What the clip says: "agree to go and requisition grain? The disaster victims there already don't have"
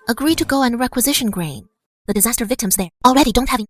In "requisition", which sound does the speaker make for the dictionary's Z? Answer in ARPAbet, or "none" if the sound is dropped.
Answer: Z